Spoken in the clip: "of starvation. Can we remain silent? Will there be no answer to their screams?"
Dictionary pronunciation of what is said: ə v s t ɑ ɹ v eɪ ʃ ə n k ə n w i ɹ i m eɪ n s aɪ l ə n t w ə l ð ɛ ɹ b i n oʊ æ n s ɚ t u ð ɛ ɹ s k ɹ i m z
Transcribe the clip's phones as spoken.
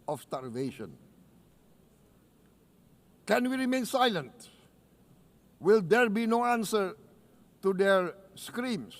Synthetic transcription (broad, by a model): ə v s t ɑ ɹ v eɪ ʃ ə n k ə n w i ɹ i m eɪ n s aɪ l ə n t w ə l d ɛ ɹ b i n oʊ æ n s ɚ t u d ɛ ɹ s k ɹ i m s